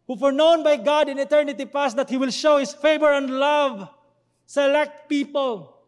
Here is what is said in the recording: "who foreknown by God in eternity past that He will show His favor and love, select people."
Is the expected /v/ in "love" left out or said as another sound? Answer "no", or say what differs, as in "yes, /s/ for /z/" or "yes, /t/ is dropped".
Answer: no